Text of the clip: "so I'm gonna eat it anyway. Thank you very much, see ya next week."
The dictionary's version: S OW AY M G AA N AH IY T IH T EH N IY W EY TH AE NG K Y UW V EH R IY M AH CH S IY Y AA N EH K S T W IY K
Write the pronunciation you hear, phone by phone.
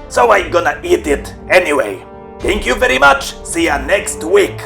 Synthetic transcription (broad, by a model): S OW AY M G AA N AH IY T IH T EH N IY W EY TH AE NG K Y UW V EH R IY M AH CH S IY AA N EH K S T W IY K